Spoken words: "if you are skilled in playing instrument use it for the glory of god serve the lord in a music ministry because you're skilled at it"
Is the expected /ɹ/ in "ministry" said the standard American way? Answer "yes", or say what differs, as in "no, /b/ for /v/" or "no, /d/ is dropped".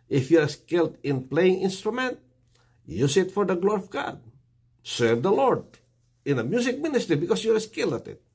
yes